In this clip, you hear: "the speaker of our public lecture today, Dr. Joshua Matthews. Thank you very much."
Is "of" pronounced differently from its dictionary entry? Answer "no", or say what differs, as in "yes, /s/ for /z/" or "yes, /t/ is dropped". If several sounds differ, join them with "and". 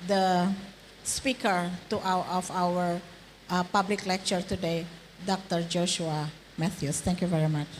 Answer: yes, /w/ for /v/